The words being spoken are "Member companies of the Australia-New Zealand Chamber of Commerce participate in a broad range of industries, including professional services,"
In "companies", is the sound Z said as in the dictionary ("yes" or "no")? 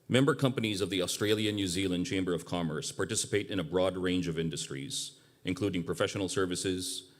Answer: yes